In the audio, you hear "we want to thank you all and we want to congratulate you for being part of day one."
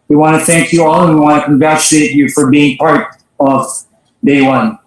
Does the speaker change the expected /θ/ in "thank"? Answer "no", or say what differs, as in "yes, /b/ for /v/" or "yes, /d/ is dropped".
no